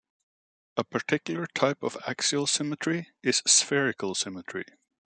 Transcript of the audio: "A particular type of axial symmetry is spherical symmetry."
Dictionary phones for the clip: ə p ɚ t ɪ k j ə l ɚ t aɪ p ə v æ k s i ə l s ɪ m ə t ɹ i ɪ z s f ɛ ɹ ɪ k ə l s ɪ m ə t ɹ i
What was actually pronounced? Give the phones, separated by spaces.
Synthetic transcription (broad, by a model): ə p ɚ t ɪ k j l ɚ t aɪ p ə v æ k s i ə l s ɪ m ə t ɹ i ɪ z s f ɛ ɹ ɪ k ə l s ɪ m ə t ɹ i